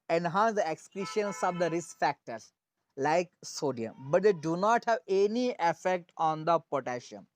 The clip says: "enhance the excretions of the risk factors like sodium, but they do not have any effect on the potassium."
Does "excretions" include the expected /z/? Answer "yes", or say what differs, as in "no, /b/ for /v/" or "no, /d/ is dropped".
no, /s/ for /z/